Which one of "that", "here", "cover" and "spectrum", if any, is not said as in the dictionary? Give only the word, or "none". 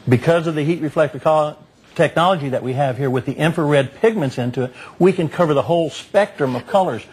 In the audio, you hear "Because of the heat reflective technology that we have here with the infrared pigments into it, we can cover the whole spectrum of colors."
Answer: none